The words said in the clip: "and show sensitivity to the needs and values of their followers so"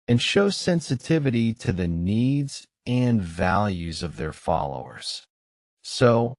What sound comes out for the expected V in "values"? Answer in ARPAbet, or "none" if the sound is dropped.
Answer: V